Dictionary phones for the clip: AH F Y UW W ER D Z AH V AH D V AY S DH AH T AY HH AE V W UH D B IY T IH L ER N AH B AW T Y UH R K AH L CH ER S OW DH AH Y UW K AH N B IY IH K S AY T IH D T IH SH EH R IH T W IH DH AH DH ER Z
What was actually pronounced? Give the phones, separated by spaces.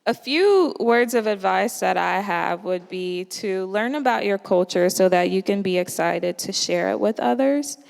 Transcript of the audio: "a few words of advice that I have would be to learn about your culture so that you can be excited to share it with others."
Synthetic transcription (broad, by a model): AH F Y UW W ER D Z AH V AH D V AY S DH AH T AY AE V W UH D B IY T IH L ER N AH B AW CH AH R K AH L CH ER S OW DH AH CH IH K AH N B IY IH K S AY T IH D T IH SH EH R IH T W IH DH AH DH ER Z